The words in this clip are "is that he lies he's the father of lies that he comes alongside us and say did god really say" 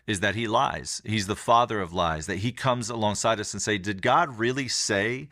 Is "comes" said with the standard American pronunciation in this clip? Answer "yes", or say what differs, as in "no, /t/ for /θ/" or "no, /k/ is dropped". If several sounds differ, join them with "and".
yes